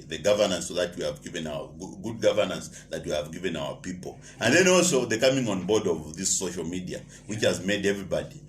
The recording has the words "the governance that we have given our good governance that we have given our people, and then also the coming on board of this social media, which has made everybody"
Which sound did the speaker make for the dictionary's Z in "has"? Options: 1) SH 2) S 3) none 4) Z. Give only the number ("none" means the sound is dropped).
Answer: 4